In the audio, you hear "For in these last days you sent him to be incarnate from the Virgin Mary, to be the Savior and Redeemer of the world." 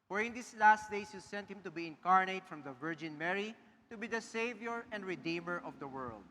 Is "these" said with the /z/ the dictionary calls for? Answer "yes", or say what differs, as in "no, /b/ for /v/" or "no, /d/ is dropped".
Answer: no, /s/ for /z/